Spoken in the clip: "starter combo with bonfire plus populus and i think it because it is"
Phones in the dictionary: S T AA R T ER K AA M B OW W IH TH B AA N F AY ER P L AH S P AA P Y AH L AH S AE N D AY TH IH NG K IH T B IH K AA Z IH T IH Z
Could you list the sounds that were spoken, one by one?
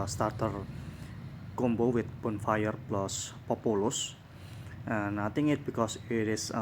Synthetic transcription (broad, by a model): S T AA R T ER K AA M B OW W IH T B AA N F AY ER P L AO S P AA P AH L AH S N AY T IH NG IH T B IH K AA S IH T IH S